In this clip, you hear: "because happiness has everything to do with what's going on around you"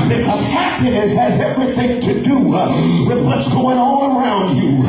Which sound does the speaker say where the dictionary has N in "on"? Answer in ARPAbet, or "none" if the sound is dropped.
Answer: L